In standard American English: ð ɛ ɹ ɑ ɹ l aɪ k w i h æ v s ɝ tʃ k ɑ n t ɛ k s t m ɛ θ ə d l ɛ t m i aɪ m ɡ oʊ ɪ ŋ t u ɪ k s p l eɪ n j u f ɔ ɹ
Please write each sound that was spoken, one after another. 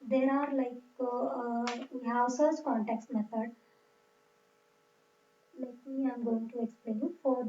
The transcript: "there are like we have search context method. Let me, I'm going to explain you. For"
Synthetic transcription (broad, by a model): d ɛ ɹ ɑ ɹ l aɪ k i h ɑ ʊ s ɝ s k ɑ n t ɛ k s t m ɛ t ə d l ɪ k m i aɪ m ɡ oʊ ɪ ŋ t u ɪ k s p l eɪ n j u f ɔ ɹ